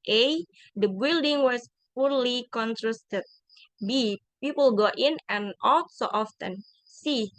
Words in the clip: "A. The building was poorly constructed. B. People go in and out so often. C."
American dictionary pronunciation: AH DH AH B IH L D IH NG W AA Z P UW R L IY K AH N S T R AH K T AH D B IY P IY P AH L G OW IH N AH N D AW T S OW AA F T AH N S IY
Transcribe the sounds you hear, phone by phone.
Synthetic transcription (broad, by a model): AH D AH B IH L D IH NG W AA S P UW R L IY K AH N T R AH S T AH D B IY P IY P AH L G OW IH N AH N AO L S OW AA F T AH N S IY